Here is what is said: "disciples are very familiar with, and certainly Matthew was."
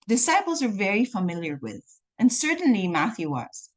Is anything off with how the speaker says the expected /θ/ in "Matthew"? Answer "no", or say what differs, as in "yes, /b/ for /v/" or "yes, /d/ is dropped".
no